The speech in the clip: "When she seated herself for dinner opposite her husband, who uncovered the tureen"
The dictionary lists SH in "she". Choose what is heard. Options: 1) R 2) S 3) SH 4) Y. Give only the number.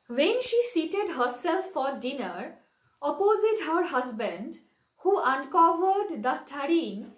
3